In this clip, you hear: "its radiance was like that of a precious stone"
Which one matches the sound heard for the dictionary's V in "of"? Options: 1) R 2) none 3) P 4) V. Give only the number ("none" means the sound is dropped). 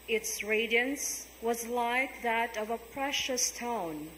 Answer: 4